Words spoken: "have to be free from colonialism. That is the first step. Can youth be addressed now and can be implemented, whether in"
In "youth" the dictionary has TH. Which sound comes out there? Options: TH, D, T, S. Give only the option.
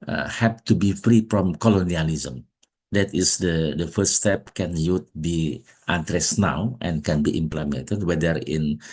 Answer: T